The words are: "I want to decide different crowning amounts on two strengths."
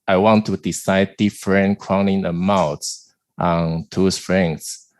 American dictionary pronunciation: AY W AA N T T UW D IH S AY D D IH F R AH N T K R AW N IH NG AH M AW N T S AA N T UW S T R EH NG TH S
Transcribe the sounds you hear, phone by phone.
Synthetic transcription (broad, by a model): AY W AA N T T UW D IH S AY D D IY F R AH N K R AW N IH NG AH M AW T T AA N T UW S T R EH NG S